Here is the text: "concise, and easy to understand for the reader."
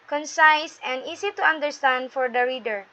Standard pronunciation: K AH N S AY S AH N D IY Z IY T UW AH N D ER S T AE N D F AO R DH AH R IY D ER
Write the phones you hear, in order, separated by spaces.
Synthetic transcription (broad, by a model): K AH N S AY S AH N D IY S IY T UW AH N D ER S T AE N D F AO R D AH R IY D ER